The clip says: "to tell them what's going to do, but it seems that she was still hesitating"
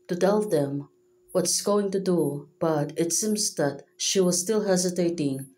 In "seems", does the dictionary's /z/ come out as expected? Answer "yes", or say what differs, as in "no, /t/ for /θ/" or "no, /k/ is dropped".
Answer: yes